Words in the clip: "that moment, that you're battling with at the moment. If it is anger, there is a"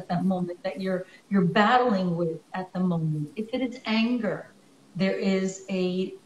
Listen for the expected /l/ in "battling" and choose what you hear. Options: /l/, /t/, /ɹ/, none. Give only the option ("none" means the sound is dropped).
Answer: /l/